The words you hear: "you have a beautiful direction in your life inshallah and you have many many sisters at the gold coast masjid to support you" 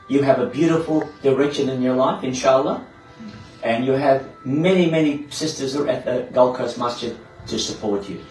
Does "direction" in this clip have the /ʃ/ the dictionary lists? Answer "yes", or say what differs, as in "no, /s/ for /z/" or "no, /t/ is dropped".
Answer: yes